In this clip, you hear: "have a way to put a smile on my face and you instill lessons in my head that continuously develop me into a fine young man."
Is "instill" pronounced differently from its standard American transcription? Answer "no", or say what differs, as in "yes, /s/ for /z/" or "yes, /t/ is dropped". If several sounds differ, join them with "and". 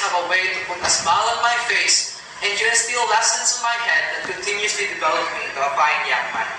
yes, /n/ is dropped